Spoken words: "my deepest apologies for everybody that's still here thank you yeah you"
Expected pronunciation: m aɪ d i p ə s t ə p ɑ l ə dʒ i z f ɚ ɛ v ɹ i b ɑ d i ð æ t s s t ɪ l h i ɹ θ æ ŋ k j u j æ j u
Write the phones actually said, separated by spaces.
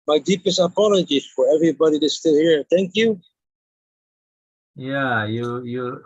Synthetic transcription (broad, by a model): m aɪ d i p ə s t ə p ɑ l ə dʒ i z f ɚ ɛ v ɹ i b ɑ d i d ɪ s s t ɪ l h i ɹ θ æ ŋ k j u j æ j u